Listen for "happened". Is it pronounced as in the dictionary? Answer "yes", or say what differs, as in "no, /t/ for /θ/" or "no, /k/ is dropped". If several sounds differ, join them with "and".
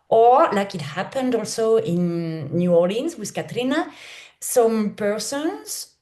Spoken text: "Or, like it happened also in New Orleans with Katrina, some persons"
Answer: yes